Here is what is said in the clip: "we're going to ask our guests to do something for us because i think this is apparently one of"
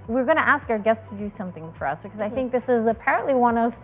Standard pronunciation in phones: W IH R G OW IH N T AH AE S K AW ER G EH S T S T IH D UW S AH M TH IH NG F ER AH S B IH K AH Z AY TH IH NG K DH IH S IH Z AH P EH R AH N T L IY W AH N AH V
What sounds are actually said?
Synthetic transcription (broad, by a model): W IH R G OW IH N T AE S K AW ER G EH S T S T IH D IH S AH M TH IH NG F ER AH S B IH K AH Z AY TH IH NG K DH IH S IH Z AH P EH R AH N T L IY W AH N AH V